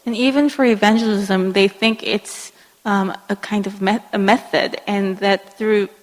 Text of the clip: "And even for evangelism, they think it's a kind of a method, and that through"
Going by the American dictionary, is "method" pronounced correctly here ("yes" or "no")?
yes